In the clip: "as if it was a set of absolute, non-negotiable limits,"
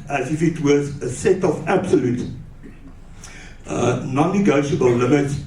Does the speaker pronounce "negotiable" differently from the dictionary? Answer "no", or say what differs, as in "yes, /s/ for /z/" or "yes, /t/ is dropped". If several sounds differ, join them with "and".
no